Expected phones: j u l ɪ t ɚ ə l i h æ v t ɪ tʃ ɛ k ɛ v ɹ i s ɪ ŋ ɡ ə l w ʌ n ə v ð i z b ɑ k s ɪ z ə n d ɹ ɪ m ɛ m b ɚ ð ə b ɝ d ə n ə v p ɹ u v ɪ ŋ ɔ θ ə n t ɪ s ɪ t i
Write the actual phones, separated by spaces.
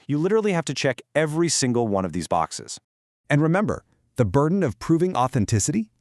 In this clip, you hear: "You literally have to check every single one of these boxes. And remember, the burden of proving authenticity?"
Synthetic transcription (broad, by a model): j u l ɪ t ɚ l i h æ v t ɪ tʃ ɛ k ɛ v ɹ i s ɪ ŋ ɡ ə l w ʌ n ə v ð i z b ɑ k s ɪ z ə n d ɹ ɪ m ɛ m b ɚ ð ə b ɝ d n ə v p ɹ u v ɪ ŋ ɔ θ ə n t ɪ s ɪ t i